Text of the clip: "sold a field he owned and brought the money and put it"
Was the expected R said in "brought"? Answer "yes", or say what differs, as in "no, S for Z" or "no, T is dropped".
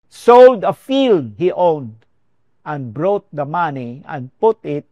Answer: yes